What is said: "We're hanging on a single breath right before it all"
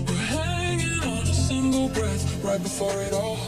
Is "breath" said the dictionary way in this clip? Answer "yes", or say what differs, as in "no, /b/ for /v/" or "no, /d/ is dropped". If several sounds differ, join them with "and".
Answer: yes